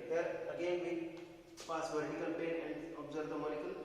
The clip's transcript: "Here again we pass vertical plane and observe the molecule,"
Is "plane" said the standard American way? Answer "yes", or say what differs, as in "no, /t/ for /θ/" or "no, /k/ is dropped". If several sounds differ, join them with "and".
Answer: no, /l/ is dropped